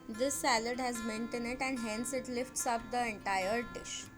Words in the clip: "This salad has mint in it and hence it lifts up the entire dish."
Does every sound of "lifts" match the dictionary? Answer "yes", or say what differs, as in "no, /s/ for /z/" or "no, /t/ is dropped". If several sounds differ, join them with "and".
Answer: yes